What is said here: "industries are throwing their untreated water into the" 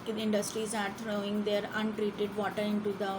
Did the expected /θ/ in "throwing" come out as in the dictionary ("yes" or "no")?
no